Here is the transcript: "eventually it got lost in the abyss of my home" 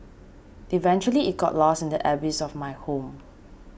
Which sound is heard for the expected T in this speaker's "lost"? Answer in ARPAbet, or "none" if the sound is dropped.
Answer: none